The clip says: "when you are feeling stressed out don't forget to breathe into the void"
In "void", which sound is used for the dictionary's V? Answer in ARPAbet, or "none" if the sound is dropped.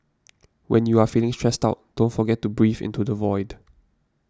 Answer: V